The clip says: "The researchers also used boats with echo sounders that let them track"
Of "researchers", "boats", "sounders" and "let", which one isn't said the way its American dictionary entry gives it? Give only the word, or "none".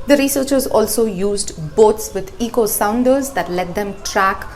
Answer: none